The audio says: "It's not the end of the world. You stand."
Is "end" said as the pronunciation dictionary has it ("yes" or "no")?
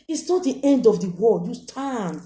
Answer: yes